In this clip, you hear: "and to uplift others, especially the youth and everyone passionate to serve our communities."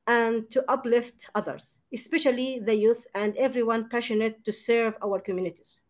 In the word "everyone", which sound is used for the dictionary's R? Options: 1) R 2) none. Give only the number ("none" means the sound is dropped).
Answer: 1